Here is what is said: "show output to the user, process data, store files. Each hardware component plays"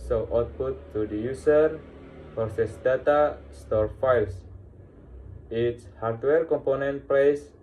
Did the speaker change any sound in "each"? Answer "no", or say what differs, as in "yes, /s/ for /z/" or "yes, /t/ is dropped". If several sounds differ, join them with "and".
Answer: yes, /s/ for /tʃ/